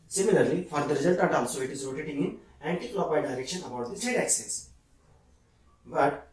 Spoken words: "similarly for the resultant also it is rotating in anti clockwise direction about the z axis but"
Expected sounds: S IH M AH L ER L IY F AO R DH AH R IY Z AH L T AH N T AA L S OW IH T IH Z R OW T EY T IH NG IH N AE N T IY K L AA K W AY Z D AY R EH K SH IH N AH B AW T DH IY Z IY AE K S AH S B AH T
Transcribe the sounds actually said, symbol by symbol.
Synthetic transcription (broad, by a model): S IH M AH L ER L IY F AO R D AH R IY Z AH L T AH T AA L S OW IH T IH Z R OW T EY T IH NG IH N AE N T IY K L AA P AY D AY R EH K SH IH N AH B AW T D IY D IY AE K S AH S B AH T